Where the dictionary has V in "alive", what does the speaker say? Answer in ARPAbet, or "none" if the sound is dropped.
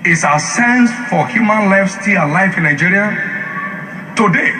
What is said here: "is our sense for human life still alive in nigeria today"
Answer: F